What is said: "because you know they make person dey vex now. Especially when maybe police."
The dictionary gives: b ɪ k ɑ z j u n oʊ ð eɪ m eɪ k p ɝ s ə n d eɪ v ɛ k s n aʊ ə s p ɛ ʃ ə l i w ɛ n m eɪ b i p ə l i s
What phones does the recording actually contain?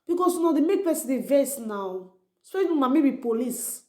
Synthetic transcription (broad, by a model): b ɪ k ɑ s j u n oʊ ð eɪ m eɪ k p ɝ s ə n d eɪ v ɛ s n aʊ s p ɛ ə n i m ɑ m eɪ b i p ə l i s